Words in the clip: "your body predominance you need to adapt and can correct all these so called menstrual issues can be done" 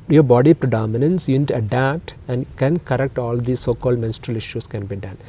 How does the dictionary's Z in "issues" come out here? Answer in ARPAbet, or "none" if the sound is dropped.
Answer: S